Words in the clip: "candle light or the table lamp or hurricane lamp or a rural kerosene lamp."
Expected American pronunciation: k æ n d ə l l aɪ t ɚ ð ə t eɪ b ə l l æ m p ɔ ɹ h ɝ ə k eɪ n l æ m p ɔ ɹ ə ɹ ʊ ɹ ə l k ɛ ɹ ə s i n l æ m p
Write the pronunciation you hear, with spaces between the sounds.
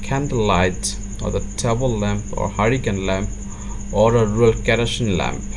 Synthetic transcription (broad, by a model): k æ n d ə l l aɪ t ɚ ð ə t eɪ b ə l l æ m p ɔ ɹ h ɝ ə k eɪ n l æ m p ɔ ɹ ə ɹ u ə l k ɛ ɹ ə ʃ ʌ n l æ m p